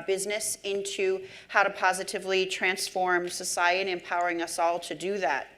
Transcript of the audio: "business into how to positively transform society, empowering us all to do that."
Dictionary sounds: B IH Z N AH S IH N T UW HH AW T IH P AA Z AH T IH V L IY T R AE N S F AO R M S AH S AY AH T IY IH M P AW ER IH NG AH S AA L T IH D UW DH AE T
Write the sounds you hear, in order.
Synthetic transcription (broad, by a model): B IH Z N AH S IH N T UW HH AW T IH P AA Z AH T IH V L IY T R AE N S F AO R M S AH S AY AH T IY IH M P AW ER IH NG AH S AA L T IH D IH DH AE T